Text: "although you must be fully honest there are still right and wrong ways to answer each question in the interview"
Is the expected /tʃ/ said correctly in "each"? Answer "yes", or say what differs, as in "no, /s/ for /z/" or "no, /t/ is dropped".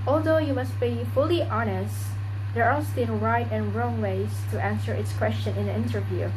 no, /s/ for /tʃ/